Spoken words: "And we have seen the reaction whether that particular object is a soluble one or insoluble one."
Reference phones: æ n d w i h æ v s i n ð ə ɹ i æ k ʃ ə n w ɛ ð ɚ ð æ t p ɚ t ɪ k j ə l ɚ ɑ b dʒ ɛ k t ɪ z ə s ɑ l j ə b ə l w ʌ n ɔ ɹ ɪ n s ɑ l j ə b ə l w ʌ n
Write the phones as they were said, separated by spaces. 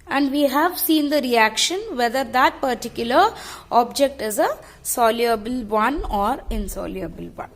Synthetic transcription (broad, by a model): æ n d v i h æ v s i n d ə ɹ i æ k ʃ ə n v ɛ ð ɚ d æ t p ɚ t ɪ k j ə l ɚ ɑ b dʒ ɛ k t ɪ z ə s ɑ l j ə b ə l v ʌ n ɔ ɹ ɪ n s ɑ l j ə b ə l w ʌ n